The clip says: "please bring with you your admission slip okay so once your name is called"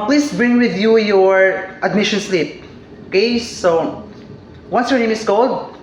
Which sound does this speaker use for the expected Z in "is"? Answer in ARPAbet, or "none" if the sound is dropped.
S